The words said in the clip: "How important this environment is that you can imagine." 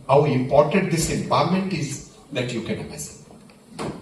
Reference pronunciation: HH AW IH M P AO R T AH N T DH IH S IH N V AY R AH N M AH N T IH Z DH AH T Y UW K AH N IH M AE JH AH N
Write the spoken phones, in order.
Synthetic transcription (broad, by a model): HH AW IH M P AO R T AH N T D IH S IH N P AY L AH M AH N T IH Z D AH T Y UW K AH N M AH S